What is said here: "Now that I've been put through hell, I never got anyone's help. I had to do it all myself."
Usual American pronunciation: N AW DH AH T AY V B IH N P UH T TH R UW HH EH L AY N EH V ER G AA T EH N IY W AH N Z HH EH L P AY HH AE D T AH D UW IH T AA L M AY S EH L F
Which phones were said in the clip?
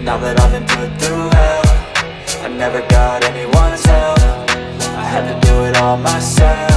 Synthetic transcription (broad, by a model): N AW DH AH T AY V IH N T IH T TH UW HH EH AY N EH V ER G AA T EH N IY W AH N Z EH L F AY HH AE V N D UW IH T AA L M AY S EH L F